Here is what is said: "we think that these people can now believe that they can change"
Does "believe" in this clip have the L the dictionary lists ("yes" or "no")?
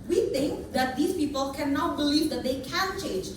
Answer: yes